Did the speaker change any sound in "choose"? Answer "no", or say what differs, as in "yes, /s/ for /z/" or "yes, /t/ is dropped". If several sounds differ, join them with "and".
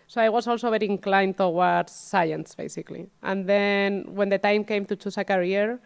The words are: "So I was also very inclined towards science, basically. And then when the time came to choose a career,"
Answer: yes, /s/ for /z/